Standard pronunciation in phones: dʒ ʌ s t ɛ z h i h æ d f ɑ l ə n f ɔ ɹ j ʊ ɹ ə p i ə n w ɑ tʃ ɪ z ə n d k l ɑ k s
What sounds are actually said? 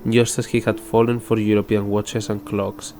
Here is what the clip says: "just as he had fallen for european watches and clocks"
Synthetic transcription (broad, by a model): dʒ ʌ s t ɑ s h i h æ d f ɑ l ə n f ɔ ɹ j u ɹ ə p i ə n w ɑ tʃ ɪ s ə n k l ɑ k s